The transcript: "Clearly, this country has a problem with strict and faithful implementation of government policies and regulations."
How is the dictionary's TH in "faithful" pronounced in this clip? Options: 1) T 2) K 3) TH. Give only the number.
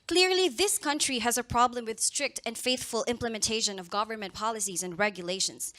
3